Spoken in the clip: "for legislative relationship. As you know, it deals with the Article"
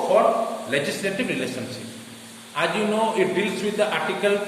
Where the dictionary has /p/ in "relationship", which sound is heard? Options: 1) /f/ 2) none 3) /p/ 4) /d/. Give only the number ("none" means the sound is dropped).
2